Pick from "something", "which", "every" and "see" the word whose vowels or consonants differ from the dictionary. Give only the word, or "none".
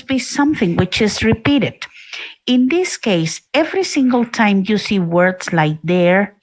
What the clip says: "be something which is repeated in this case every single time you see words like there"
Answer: none